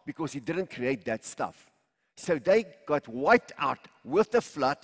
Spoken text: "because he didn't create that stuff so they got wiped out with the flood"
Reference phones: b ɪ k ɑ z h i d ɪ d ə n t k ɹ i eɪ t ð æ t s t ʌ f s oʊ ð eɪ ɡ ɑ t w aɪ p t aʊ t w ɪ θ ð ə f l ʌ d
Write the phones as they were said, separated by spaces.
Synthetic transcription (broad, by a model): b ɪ k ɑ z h i d ɪ d ə n t k ɹ i eɪ t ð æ t s t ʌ f s oʊ ð eɪ ɡ ɑ t w aɪ t aʊ t w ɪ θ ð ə f l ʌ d